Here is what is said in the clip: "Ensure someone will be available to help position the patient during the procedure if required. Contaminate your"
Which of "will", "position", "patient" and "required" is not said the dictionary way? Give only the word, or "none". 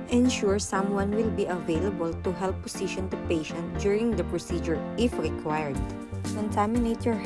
position